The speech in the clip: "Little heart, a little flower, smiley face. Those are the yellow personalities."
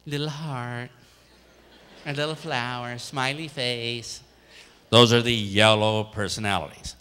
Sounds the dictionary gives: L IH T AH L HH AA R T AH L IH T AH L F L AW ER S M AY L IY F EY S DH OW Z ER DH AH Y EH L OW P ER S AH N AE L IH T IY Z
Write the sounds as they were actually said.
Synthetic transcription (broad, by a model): L IH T L HH AA R T AH L IH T L F L AW ER S M AY L IY F EY S DH OW Z ER DH AH Y EH L OW P ER S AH N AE L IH T IY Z